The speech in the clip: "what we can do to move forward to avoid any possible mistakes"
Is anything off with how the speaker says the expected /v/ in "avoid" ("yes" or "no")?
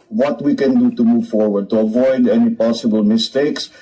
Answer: no